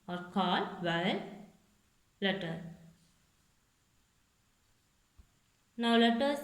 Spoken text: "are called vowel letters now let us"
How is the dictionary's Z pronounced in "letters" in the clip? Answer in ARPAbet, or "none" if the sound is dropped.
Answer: none